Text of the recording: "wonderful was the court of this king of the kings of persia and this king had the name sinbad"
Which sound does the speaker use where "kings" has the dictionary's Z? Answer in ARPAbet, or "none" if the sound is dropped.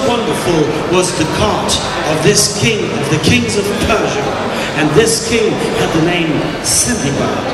Z